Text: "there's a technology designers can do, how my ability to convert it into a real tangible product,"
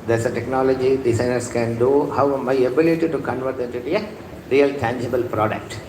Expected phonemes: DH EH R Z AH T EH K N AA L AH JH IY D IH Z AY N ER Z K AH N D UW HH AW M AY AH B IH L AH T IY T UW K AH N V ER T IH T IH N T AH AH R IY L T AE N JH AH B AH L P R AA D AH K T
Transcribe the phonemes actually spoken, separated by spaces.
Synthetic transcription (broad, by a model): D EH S AH T EH K N AA L AH JH IY D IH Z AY N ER S K AH N D UW HH AW M AY AH B IH L AH T IY T UW K AH N V ER T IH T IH T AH AH R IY L T AE N JH AH B AH L P R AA D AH K T